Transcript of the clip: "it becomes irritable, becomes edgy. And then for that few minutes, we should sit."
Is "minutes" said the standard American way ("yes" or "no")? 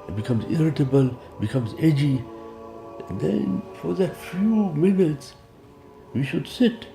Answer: yes